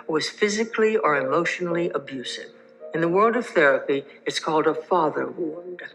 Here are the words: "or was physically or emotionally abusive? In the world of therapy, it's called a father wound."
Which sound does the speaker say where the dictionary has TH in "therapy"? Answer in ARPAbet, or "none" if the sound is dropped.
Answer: TH